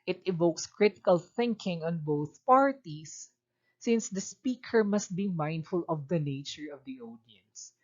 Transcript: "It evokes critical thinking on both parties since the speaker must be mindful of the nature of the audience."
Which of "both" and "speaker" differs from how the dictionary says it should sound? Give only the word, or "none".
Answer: none